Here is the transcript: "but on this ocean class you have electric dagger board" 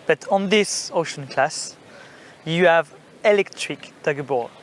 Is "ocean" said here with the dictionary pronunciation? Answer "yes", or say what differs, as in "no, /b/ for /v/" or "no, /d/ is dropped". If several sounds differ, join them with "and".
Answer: yes